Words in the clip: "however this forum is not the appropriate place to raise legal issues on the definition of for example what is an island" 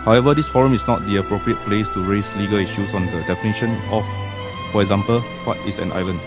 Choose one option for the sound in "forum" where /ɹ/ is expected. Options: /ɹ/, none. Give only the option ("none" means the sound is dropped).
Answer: /ɹ/